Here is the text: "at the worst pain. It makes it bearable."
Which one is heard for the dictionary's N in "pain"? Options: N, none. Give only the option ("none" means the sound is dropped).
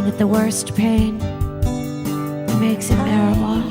N